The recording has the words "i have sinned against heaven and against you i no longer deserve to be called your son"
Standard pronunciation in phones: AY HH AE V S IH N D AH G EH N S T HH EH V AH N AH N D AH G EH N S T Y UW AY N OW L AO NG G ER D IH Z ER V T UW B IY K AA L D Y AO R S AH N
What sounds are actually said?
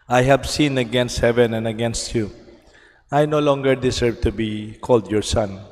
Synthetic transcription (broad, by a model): AY HH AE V S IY N AH G EH N S T HH EH V AH N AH N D AH G EH N S T Y UW AY N OW L AO NG G ER D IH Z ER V T UW B IY K AA L D Y AO R S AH N